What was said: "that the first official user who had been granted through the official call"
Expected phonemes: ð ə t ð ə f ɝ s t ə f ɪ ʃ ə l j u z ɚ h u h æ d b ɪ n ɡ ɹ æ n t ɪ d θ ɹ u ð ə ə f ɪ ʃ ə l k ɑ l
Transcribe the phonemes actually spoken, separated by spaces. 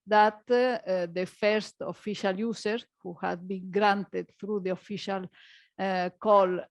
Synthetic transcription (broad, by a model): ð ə t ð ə f ɝ s t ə f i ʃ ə l j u s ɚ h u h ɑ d b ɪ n ɡ ɹ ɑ n t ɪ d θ ɹ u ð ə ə f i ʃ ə l k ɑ l